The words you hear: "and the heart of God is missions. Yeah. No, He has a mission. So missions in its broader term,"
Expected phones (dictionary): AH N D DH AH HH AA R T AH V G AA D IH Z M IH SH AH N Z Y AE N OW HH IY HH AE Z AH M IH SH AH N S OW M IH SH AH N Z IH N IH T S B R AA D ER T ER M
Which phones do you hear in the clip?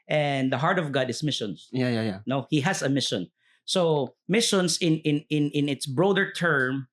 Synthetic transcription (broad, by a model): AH N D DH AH HH AA R T AH V G AA D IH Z M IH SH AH N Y Y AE N OW HH IY HH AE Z AH M IH SH AH N S OW M IH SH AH N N IH N IH T S B R AA D ER T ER M